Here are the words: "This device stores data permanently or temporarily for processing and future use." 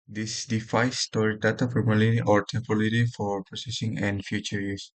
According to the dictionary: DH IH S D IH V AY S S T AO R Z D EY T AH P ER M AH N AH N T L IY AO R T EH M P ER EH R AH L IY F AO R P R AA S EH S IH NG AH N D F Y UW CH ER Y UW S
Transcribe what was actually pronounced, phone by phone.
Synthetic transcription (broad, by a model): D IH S D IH F AY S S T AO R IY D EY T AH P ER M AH L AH T IY AO R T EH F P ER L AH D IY F AO R P R AA S EH S IH NG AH N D F Y UW CH ER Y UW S